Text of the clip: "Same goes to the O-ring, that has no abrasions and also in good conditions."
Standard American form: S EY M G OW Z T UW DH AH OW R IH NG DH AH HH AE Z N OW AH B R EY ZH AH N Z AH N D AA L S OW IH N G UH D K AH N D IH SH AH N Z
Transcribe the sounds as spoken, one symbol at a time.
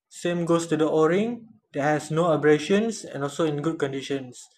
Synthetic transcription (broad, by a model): S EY M G OW S T UW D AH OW R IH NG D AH HH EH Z N OW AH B R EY SH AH N S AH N AA L S OW IH N G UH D K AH N D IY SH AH N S